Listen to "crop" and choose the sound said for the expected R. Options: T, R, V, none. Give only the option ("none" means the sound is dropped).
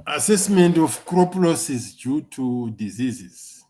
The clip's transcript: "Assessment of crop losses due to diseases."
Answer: R